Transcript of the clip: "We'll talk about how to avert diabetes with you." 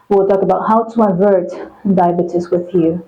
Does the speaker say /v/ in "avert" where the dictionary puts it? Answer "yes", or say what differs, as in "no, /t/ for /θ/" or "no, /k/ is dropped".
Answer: yes